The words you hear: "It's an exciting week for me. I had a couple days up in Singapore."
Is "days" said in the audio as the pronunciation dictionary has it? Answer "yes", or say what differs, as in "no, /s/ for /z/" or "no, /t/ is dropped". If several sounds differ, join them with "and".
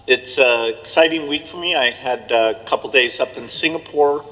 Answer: yes